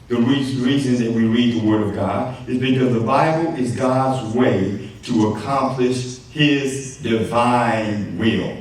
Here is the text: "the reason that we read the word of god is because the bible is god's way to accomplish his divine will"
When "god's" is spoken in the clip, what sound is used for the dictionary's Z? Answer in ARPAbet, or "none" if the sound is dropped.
Z